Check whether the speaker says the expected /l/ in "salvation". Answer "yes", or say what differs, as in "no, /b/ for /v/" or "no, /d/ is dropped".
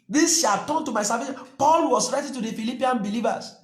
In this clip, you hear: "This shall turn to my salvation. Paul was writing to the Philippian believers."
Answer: no, /l/ is dropped